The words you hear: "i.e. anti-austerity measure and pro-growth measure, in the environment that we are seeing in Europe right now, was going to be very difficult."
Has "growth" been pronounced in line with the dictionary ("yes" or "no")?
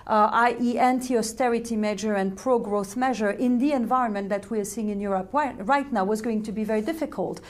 yes